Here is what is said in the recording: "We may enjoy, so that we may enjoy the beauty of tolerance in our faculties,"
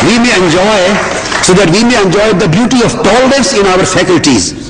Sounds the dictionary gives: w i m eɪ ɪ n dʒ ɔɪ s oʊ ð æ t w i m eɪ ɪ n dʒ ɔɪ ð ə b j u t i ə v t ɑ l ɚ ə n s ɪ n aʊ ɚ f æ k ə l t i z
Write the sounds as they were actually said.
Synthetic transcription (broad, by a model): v i m eɪ ɪ n dʒ ɔɪ s oʊ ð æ t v i m eɪ ɪ n dʒ ɔɪ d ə b j u t i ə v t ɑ l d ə s ɪ n aʊ ɚ f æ k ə l t i z